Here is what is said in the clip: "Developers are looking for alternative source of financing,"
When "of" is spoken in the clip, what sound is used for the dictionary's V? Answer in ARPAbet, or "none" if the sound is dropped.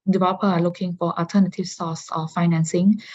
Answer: F